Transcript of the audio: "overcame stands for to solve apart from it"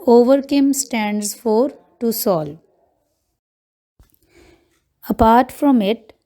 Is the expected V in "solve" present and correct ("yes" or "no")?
no